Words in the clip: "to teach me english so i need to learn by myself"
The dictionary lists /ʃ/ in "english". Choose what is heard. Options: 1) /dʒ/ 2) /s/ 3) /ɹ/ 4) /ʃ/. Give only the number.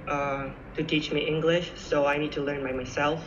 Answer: 4